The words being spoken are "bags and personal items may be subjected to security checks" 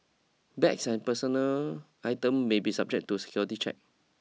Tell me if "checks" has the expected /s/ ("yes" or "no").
no